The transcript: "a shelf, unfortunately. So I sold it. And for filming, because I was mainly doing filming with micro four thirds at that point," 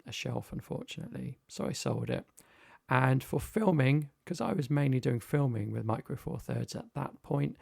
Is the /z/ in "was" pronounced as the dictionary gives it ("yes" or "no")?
yes